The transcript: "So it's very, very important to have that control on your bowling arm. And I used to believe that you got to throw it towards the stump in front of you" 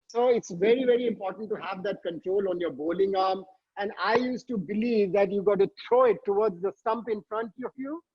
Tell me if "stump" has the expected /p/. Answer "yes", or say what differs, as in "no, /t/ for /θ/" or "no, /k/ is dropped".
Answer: yes